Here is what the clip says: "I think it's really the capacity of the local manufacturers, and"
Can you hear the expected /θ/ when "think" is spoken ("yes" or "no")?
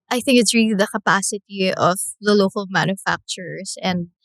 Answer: yes